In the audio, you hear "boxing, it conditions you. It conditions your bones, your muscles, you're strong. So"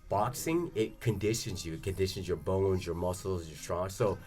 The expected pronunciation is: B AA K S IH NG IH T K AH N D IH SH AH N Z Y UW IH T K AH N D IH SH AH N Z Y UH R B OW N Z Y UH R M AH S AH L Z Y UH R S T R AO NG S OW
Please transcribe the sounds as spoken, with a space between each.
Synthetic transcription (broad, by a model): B AA K S IH NG IH T K AH N D IH SH AH N Z Y UW IH T K AH N D IH SH AH N Z Y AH R B OW N Z Y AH R M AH S L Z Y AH R S T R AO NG S OW